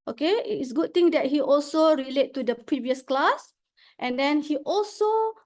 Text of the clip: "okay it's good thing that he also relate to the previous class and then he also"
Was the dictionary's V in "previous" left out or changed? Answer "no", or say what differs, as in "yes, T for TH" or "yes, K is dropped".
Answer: no